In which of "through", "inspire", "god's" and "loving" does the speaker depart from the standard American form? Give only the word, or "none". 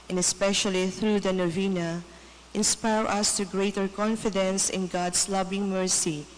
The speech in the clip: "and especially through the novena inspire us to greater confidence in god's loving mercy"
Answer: god's